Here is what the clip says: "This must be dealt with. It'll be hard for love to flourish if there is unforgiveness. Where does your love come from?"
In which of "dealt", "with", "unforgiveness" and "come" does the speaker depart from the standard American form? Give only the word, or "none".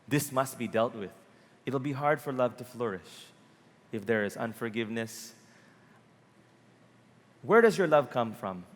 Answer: none